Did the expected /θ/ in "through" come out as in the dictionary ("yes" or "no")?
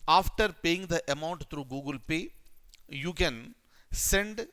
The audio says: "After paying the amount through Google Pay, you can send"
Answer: no